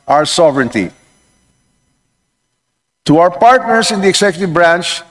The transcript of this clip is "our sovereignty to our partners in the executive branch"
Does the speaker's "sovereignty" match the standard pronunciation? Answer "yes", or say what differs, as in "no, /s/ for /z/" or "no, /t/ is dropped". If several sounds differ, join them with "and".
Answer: yes